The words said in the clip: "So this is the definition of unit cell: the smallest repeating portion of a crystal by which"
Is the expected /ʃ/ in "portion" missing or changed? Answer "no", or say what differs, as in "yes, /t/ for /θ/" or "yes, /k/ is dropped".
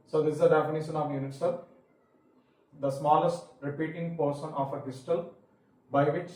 yes, /s/ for /ʃ/